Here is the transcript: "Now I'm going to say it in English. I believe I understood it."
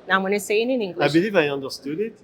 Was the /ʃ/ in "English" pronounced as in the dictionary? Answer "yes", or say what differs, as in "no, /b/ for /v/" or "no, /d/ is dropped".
no, /ʃ/ is dropped